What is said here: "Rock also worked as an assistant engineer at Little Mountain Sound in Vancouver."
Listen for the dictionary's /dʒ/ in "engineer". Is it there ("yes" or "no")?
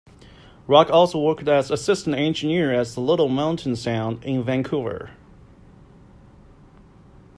no